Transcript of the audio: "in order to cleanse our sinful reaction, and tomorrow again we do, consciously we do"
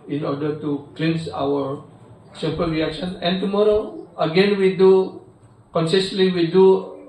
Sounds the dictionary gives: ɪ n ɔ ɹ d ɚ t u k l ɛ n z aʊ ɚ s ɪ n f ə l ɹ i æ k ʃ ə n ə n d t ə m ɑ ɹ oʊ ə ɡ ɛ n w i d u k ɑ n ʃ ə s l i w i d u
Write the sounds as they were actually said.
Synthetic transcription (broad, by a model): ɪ n ɔ ɹ d ɚ t u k l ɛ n s aʊ ɚ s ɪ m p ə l ɹ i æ k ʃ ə n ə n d t ə m ɑ ɹ oʊ ə ɡ ɛ n w i d u k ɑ n s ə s l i w i d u